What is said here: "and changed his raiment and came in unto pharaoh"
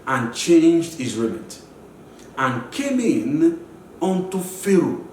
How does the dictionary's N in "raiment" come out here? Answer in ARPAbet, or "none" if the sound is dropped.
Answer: none